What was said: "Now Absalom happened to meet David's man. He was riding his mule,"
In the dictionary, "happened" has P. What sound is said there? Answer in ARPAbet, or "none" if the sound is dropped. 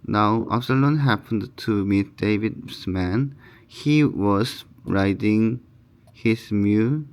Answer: P